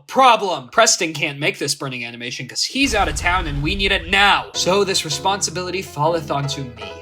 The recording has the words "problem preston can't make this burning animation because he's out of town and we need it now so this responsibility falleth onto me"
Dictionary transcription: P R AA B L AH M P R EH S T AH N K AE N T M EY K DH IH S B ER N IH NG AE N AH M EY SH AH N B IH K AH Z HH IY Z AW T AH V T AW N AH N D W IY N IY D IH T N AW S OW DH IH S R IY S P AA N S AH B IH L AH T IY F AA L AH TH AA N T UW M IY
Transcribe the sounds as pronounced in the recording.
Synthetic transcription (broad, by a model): P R AA B L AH M P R EH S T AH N K AE N M EY K DH IH S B ER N IH NG AE N AH M EY SH AH N K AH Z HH IY Z AW T AH V T AW N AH N W IY N IY D IH T N AW S OW DH IH S R IY S P AA N S AH B IH L AH T IY F AA L AH TH AA N T UW M IY